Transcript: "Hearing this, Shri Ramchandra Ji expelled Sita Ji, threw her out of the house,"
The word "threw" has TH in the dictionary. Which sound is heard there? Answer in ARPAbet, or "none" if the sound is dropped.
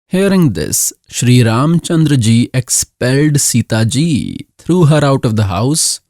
T